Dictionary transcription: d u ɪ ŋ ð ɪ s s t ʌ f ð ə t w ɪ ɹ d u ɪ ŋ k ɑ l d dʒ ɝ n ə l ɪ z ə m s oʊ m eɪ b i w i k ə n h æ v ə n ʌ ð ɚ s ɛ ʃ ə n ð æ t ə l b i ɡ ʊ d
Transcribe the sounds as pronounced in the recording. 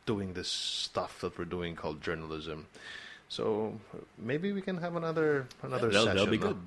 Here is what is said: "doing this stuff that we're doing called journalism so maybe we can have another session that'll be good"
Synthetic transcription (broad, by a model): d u ɪ ŋ ð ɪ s s t ʌ f ð ə t w ɪ ɹ d u ɪ ŋ k ɑ l d dʒ ɝ n ə l ɪ z ə m s oʊ m eɪ b i w i k ə n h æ v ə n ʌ ð ɚ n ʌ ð ə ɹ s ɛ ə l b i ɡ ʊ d